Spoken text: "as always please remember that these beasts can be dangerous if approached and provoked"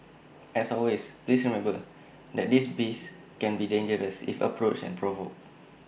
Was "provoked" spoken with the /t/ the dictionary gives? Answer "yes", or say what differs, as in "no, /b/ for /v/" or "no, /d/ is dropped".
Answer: no, /t/ is dropped